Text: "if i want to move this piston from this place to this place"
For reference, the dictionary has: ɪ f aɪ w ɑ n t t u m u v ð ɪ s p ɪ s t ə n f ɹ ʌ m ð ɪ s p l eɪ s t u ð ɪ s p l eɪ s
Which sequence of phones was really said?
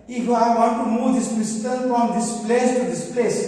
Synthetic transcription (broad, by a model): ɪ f aɪ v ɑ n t t u m u v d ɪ s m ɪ s t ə l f ɹ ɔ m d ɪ s p l eɪ s t u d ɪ s p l eɪ s